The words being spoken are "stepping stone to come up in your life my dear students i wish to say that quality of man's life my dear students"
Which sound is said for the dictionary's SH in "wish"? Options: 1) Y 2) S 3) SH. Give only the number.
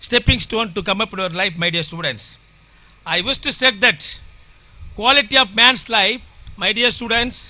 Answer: 2